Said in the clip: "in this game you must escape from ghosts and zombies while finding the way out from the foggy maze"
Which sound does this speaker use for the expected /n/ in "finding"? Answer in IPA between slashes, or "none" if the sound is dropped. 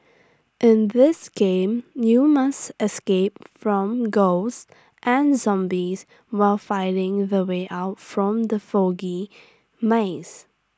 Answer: none